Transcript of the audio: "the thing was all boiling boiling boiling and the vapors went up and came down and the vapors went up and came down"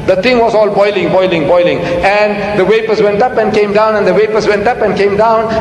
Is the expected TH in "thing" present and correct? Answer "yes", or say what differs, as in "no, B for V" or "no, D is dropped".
no, T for TH